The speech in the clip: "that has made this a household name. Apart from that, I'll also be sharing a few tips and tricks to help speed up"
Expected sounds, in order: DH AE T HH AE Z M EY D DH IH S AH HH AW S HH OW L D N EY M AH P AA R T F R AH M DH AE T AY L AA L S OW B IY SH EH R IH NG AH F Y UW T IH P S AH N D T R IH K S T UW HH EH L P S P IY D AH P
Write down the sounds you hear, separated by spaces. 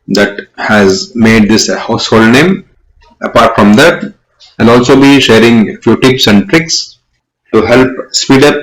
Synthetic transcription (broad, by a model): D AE T HH AE Z M EY D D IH S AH HH AW S HH OW L D N EY M AH P AA R T F R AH M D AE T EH N AA L S OW B IY SH EH R IH NG F Y UW T IH P S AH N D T R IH K S T UW HH EH L P S P IY D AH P